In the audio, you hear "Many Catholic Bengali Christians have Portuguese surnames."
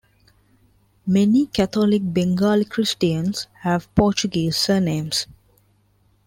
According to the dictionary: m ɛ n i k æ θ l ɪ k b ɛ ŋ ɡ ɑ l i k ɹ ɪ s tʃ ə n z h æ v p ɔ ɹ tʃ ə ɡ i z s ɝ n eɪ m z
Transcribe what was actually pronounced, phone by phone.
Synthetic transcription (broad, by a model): m ɛ n i k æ t l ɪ k b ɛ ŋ ɡ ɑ l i k ɹ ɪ s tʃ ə n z h æ v p ɔ tʃ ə ɡ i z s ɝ n eɪ m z